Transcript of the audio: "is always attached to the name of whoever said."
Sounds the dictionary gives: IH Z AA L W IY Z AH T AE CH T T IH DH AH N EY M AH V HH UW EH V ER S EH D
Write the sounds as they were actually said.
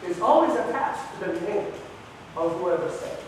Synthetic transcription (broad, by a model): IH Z AA L W IY Z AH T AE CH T T IH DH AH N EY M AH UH HH UW EH V ER S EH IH